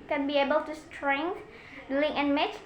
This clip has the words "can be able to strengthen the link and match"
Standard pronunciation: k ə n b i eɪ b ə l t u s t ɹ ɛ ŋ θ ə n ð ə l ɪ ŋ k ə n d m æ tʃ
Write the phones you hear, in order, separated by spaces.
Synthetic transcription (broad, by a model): k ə n b i eɪ b ə l t u s t ɹ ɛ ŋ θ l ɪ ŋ ə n m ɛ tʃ